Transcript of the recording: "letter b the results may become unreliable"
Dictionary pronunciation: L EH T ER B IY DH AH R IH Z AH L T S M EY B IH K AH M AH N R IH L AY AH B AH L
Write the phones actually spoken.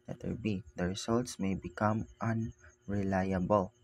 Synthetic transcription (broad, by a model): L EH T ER B IY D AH R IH S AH L T S M EY B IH K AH M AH N R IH L AY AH B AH L